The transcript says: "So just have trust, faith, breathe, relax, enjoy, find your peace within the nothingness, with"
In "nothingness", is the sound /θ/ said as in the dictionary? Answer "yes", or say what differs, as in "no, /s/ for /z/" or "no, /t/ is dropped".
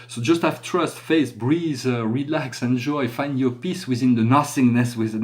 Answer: no, /s/ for /θ/